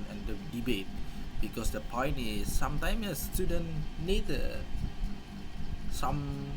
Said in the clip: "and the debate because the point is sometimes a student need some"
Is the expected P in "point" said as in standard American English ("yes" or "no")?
yes